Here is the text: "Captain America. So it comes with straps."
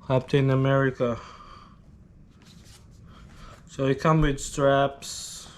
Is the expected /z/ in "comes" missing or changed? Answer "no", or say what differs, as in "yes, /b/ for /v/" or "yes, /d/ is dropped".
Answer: yes, /z/ is dropped